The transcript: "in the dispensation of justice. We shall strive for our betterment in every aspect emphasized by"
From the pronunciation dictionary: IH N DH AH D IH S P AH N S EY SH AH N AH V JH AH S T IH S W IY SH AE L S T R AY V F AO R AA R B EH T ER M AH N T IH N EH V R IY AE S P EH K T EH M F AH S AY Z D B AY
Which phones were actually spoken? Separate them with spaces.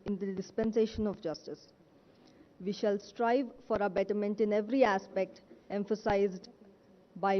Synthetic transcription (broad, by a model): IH N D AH D IH S P AH N S EY SH AH N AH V JH AH S T IH S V IY SH AE L S T R AY V F AO R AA B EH T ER M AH N T IH N EH V R IY AE S P EH K T EH M F AH S AY Z D B AY